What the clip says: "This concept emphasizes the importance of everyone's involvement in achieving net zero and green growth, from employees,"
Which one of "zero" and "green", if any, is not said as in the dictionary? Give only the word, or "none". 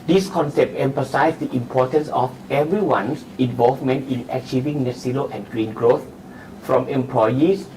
zero